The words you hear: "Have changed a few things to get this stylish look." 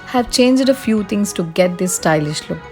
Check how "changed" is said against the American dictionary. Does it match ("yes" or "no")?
yes